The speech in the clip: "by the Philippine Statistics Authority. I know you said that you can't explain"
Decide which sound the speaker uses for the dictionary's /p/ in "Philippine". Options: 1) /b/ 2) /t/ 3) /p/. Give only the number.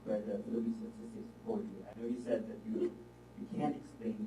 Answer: 1